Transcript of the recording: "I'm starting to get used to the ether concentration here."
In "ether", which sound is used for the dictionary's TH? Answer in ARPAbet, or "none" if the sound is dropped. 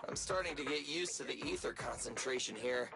TH